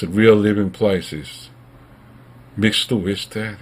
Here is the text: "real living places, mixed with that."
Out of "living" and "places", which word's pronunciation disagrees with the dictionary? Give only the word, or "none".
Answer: none